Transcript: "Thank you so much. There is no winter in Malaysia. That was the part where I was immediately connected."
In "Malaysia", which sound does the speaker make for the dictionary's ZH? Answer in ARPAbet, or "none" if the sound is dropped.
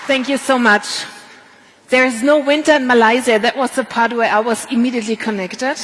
Z